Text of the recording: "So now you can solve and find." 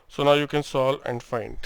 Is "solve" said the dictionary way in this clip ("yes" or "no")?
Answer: no